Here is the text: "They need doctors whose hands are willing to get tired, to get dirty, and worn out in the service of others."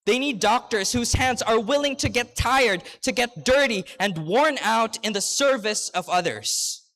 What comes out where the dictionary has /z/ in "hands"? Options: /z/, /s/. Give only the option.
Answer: /z/